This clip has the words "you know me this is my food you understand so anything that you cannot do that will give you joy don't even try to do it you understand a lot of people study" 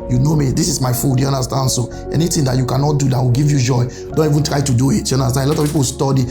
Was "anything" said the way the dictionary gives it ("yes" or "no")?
no